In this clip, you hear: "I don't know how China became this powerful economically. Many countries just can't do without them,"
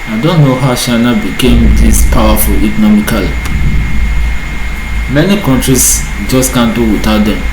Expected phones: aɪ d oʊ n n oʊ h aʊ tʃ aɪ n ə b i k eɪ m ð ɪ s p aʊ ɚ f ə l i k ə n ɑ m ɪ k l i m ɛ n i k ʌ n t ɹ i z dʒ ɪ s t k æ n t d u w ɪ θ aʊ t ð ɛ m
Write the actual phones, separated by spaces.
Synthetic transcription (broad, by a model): aɪ d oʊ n n oʊ h aʊ ʃ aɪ n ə b i k eɪ m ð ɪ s p aʊ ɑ f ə l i k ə n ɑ m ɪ k l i m ɛ n i k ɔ n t ɹ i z dʒ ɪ s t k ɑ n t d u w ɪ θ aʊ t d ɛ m